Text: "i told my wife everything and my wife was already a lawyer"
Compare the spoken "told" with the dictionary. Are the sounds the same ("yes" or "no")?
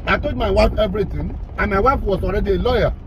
no